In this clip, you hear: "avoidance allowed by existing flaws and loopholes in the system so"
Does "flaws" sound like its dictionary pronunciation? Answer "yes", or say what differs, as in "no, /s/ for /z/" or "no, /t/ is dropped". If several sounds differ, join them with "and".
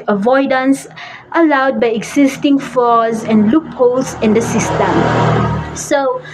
no, /l/ is dropped